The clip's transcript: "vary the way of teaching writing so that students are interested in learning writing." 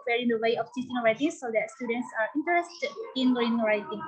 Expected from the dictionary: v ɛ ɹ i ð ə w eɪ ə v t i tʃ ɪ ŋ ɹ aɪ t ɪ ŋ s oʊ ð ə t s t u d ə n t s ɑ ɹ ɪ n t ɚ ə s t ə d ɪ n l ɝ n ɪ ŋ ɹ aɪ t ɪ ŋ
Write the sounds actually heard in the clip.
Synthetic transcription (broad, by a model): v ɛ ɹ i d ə w eɪ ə f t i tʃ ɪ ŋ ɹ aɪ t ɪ s oʊ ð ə t s t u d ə n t s ɑ ɹ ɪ n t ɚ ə s t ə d ɪ n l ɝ ɪ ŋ ɹ aɪ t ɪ ŋ